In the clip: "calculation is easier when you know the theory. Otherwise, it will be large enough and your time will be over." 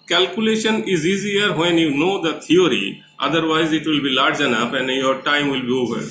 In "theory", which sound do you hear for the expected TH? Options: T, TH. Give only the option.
T